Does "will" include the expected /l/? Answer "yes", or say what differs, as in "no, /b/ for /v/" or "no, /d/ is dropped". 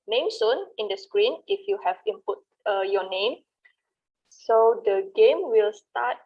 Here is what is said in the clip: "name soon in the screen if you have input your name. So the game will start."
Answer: yes